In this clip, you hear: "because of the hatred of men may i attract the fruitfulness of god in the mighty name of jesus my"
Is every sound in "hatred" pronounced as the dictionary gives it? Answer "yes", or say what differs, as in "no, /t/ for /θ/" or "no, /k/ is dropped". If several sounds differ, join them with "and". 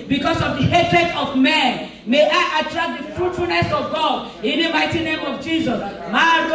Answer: yes